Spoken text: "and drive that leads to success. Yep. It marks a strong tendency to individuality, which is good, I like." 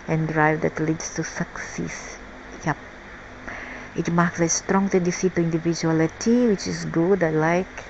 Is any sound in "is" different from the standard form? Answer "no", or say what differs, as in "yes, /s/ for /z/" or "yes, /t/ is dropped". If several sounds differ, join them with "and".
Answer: yes, /s/ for /z/